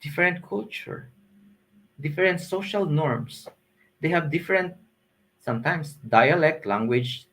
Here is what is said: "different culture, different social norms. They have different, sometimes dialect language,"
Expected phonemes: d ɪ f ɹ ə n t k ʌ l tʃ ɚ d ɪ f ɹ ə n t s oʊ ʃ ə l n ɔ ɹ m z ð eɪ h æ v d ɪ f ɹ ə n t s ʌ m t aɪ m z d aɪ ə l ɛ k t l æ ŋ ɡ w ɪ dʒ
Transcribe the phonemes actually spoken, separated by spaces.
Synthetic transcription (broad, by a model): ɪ f ɹ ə n t k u l tʃ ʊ d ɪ f ɹ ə n t s oʊ ʃ ə l n ɔ ɹ m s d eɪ h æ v d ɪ f ɹ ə n t s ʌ m t aɪ m s d aɪ ə l ɛ k t l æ ŋ ɡ w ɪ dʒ